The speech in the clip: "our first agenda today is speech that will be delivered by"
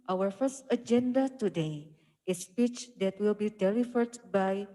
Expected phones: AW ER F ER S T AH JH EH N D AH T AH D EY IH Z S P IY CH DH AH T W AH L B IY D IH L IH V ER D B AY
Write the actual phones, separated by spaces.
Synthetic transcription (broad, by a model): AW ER F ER S T AH JH EH N D AH T AH D EY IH S P IY CH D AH T W AH L B IY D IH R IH F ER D B AY